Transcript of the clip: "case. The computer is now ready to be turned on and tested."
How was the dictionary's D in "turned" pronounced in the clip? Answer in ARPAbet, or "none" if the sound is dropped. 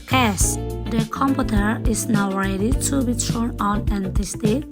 none